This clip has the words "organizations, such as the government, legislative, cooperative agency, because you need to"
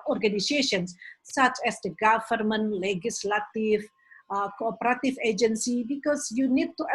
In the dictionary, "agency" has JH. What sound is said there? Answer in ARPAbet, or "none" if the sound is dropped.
JH